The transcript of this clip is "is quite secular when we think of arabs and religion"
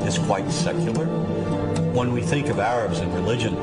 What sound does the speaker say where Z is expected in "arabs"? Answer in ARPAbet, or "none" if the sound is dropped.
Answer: Z